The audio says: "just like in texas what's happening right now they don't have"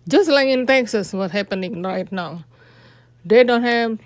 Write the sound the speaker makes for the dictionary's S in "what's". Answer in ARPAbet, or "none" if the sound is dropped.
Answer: none